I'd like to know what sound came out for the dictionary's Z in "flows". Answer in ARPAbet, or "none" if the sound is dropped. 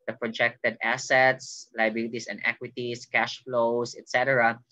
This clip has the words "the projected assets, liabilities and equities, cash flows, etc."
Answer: S